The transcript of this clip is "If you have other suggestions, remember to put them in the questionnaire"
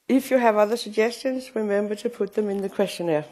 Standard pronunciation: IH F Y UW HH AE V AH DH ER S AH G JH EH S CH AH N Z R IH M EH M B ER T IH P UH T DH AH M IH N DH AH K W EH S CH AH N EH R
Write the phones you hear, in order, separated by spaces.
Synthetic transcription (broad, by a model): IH F Y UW V AH DH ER S AH G JH EH S CH AH N Z R IH M EH M B ER T IH P UH T DH AH M IH N DH AH K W EH S CH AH N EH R